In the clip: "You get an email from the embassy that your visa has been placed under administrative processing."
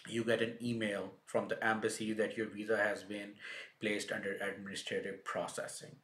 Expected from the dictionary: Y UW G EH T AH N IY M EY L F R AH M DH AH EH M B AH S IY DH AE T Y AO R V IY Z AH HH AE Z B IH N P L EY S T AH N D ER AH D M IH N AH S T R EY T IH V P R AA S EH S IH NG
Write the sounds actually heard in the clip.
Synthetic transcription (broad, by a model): Y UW G EH T AH N IY M EY L F R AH M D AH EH M B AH S IY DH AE T Y AO R V IY Z AH HH AE Z B IH N P L EY S T AH N D ER AH D M IH N AH S T R EY T IH V P R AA S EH S IH NG